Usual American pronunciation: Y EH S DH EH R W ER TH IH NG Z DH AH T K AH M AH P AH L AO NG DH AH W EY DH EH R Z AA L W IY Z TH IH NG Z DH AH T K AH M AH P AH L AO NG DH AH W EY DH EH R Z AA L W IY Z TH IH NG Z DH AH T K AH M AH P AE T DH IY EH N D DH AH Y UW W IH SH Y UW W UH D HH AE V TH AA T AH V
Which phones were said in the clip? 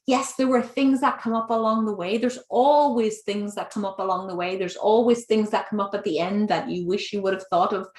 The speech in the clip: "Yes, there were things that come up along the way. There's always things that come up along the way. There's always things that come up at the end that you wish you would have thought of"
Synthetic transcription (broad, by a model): Y EH S DH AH R W ER TH IH NG Z DH AH T K AH M AH P AH L AO NG DH AH W EY DH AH R Z AA L W IY Z TH IH NG Z DH AH T K AH M AH P AH L AO NG DH AH W EY DH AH R Z AA L W IY Z TH IH NG Z DH AH T K AH M AH P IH T DH IY EH N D DH AH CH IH W IH SH Y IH W UH D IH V TH AA T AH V